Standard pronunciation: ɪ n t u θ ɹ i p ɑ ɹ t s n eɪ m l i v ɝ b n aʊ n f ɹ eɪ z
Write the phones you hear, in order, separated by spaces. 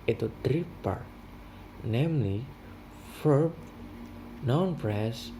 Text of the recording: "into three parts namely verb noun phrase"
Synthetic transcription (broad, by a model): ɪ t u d ɹ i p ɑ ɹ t n eɪ m l i f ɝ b n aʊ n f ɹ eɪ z